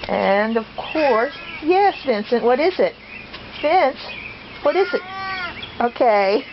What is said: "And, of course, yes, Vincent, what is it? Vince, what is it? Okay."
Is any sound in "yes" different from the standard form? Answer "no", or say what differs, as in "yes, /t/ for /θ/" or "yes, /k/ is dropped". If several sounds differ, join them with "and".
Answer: no